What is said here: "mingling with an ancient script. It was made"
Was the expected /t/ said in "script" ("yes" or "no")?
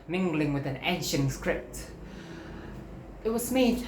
yes